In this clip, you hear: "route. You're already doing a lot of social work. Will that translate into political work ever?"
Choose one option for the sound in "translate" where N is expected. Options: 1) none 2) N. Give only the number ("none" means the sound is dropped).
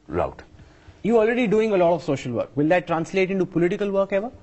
2